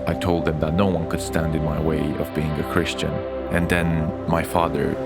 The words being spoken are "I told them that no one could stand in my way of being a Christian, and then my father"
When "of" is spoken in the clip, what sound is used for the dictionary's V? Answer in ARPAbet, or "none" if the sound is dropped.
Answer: V